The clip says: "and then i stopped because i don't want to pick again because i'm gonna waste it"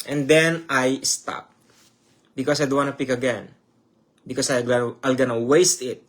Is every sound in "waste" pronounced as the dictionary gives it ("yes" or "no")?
yes